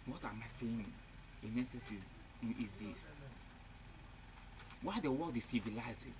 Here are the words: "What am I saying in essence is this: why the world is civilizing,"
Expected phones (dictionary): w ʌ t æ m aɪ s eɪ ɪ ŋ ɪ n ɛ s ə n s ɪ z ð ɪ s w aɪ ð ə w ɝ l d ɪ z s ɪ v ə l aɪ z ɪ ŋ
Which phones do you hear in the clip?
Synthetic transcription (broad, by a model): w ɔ t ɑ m aɪ s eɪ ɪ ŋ ɪ n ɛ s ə s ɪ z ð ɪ s w aɪ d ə w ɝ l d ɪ s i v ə l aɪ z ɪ